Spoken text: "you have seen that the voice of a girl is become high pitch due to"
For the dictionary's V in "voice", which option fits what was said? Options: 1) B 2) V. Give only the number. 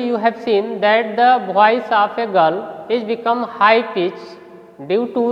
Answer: 1